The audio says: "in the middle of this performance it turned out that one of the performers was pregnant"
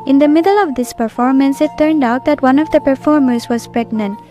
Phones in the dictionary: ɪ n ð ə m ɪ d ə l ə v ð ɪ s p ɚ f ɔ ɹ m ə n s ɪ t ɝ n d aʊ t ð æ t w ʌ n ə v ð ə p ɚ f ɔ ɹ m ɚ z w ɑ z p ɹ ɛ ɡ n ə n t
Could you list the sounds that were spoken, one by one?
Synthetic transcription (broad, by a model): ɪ n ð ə m ɪ d ə l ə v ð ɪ s p ɚ f ɔ ɹ m ə n s ɪ t ɝ n d aʊ t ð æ t w ʌ n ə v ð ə p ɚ f ɔ ɹ m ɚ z w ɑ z p ɹ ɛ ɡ n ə n t